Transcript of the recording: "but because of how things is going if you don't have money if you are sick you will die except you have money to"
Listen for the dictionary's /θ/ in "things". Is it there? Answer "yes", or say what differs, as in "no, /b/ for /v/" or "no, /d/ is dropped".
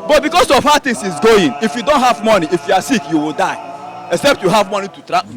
no, /t/ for /θ/